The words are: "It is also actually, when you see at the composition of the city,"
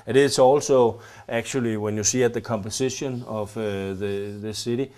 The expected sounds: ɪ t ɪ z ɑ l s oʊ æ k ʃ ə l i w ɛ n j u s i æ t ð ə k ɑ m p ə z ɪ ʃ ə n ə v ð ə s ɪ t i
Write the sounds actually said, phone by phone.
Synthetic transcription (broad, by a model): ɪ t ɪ s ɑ l s oʊ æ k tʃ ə l i w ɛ n j u s i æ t ð ə k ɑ m p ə s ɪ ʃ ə n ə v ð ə s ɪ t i